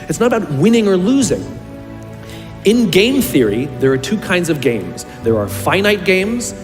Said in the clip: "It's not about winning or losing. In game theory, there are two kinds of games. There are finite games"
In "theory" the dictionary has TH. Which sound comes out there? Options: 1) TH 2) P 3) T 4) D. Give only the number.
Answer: 1